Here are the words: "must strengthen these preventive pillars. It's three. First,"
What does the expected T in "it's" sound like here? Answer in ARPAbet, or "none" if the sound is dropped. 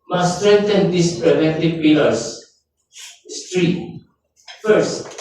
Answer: S